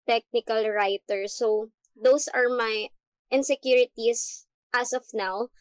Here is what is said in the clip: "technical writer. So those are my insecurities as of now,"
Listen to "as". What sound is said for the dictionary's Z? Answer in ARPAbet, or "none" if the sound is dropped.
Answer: S